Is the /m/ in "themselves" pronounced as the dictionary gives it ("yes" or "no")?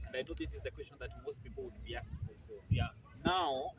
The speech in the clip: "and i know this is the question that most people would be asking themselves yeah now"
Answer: no